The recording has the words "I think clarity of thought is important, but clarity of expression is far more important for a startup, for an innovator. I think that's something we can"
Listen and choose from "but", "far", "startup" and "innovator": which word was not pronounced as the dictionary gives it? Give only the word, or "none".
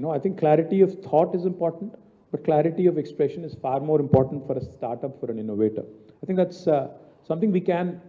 none